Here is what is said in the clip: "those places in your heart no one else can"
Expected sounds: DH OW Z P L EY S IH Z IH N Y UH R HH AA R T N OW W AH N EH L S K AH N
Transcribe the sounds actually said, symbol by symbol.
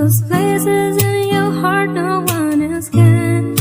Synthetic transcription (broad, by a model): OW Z P L EY S IH Z IH N Y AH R HH AA R T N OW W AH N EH S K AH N